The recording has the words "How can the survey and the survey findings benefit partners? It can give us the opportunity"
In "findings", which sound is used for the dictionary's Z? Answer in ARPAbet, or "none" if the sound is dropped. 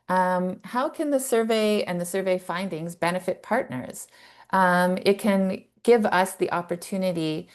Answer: Z